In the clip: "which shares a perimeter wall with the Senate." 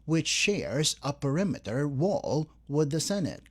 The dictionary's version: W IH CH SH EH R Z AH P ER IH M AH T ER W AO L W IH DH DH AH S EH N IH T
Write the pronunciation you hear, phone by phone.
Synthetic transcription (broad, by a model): W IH CH SH EH R Z AH P ER IH M AH T ER W AO L W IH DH DH AH S EH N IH T